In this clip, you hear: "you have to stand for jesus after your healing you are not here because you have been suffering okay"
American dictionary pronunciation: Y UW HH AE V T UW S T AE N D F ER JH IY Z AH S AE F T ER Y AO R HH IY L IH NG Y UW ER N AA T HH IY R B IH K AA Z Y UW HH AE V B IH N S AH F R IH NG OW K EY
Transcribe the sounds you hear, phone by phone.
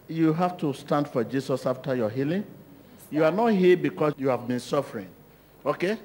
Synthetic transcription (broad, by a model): Y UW HH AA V T UW S T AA N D F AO JH IY S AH S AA F T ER Y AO HH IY L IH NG Y UW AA N AA T HH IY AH B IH K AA Y UW HH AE V B IH N S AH F R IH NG OW K EY